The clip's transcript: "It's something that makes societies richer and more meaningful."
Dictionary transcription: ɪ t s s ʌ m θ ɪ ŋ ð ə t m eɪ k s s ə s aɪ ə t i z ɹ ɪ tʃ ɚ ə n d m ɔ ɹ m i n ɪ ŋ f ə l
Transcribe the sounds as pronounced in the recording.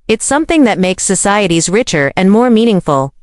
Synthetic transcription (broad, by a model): ɪ t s s ʌ m θ ɪ ŋ ð ə t m eɪ k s s ə s aɪ ə t i z ɹ ɪ tʃ ɚ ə n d m ɔ ɹ m i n ɪ ŋ f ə l